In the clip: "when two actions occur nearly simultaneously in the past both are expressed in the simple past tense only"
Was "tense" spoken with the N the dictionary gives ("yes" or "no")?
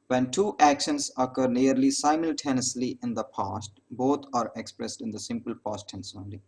yes